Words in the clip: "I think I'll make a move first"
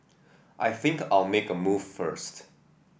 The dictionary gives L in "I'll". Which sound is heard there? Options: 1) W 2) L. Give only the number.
2